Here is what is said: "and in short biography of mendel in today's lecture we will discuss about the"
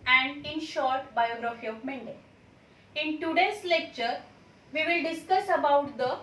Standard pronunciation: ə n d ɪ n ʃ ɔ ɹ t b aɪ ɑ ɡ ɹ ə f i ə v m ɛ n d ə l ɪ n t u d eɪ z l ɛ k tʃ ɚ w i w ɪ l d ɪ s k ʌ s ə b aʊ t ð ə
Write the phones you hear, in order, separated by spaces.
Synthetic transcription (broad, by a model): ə n d ɪ n ʃ ɔ ɹ t b aɪ ɑ ɡ ɹ ə f i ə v m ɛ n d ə ɪ n t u d eɪ s l ɛ k tʃ ɚ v i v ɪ l d ɪ s k ʌ s ə b aʊ t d ə